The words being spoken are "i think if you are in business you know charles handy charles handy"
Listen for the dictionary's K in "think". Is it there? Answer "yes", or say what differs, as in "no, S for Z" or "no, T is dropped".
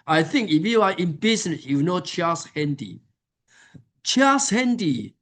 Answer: yes